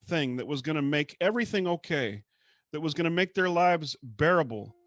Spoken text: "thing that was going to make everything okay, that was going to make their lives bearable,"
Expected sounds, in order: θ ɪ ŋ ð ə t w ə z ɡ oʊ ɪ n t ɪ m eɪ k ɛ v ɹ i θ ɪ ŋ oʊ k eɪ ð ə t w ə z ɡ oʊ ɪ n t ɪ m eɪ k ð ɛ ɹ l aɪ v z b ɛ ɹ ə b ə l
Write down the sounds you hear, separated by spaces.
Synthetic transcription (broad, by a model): θ ɪ ŋ ð ə t w ə z ɡ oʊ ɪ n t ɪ m eɪ k ɛ v ɹ i θ ɪ ŋ oʊ k eɪ ð ə t w ə z ɡ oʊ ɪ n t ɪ m eɪ k ð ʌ ɹ l aɪ v z b ɛ ɹ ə b l